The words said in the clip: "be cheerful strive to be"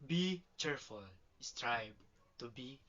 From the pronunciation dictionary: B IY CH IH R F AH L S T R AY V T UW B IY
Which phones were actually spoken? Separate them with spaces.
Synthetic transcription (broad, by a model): B IY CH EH R F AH L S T R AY B T UW B IY